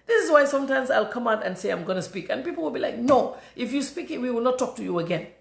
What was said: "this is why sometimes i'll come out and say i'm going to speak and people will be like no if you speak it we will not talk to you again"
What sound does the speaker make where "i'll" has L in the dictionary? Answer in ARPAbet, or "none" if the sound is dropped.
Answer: L